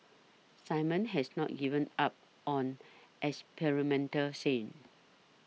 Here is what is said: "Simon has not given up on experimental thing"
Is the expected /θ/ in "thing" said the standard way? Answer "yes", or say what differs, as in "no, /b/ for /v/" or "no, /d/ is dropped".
no, /s/ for /θ/